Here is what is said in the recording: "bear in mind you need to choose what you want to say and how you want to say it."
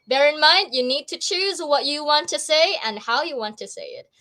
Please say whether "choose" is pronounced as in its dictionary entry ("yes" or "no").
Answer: yes